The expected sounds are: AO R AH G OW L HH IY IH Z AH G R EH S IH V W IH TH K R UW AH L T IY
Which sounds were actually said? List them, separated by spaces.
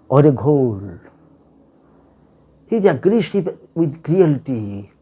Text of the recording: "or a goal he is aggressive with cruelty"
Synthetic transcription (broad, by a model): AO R AH G OW L HH IY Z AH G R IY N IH P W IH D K R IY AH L T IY